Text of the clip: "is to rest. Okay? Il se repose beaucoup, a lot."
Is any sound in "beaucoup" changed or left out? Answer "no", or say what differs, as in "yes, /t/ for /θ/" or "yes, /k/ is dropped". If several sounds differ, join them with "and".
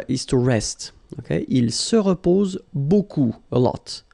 yes, /p/ is dropped